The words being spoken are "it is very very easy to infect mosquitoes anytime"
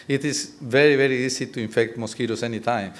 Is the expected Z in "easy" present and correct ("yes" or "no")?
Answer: no